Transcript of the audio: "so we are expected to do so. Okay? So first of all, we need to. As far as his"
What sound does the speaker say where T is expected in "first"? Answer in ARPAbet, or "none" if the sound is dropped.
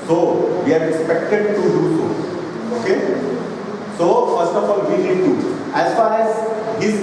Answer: T